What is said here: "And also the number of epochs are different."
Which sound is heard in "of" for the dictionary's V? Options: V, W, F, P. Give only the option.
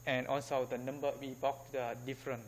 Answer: W